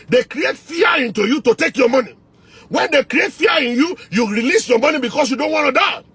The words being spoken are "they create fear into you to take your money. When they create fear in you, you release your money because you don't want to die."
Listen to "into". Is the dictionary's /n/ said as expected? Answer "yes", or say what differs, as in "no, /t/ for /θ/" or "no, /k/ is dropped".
yes